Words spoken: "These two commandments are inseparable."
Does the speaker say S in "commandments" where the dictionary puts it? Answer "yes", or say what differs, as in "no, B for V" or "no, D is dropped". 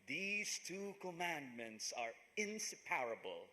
yes